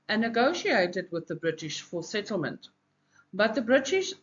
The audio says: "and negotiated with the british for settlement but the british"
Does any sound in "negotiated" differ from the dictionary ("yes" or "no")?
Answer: no